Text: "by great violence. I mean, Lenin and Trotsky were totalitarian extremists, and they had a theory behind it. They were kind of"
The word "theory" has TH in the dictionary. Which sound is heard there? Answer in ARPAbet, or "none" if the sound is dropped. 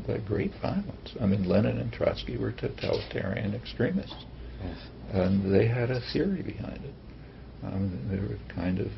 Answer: TH